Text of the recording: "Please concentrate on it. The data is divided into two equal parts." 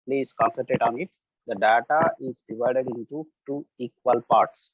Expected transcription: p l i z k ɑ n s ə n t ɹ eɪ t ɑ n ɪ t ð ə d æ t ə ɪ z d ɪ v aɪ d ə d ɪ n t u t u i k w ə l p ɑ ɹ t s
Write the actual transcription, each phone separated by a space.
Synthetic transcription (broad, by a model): p l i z k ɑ n s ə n t eɪ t ɑ n ɪ t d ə d æ t ə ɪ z d ɪ v aɪ d ə d ɪ n t u t u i k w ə l p ɑ ɹ t s